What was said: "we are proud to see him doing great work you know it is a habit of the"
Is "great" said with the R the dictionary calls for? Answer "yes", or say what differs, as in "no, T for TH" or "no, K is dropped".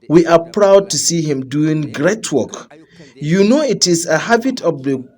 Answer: yes